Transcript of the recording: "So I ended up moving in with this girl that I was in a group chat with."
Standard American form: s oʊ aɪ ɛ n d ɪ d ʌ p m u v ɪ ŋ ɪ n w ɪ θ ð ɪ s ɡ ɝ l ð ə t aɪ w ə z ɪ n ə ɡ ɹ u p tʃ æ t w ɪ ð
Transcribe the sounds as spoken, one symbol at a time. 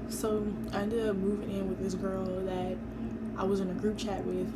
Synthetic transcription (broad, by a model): s oʊ aɪ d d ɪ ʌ m u v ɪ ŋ ɪ n w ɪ ð ɪ s ɡ ɝ l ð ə t aɪ w ə z ɪ n ə ɡ ɹ u p tʃ æ t w ɪ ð